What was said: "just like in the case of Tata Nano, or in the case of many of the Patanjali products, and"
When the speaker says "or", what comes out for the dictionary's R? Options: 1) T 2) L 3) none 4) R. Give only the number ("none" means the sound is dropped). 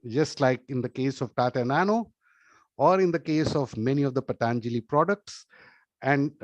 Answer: 4